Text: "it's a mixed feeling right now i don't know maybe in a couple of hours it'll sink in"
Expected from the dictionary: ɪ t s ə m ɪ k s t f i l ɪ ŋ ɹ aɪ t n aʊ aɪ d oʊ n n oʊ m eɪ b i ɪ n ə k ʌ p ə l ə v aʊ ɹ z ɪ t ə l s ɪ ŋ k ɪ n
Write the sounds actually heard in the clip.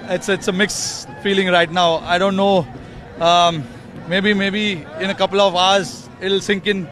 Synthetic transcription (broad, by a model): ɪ t s ə m ɪ k s f i l ɪ ŋ ɹ aɪ t n aʊ aɪ d oʊ n n oʊ m eɪ b i ɪ n ə k ʌ p ə l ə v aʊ ɹ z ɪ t l s ɪ ŋ k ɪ n